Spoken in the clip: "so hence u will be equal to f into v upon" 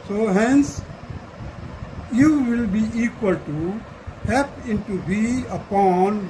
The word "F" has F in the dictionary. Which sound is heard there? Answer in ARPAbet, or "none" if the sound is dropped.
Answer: P